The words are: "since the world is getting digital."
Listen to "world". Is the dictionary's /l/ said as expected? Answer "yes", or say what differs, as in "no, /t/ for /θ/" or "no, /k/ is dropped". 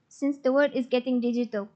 no, /l/ is dropped